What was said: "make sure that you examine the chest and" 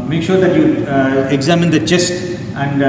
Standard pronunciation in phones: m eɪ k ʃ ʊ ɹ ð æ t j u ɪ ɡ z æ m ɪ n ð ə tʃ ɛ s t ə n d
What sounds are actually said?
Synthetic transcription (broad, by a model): m eɪ k ʃ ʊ ɹ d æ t j u ɪ ɡ z æ m ɪ n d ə tʃ ɛ s t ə n d